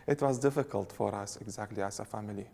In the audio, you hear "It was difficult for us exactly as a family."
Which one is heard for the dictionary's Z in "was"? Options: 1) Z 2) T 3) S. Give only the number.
1